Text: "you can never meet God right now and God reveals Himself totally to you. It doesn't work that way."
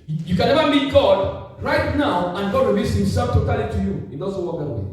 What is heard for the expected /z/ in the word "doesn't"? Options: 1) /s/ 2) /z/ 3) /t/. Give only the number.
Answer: 1